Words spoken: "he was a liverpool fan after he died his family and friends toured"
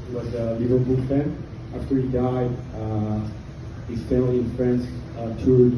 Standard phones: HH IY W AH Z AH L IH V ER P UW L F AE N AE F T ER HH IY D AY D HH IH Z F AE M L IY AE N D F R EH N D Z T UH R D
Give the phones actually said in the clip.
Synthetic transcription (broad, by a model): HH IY W AH Z AH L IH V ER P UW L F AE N AE F T ER HH IY D AY D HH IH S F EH L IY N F R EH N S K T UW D